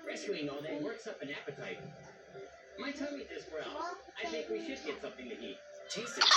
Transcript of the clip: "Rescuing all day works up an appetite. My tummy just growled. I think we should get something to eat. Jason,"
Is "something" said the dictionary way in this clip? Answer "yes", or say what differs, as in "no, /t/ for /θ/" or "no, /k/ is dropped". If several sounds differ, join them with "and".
yes